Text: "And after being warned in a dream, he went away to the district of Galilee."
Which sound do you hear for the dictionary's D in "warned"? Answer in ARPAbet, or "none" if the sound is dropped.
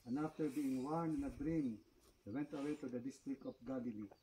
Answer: none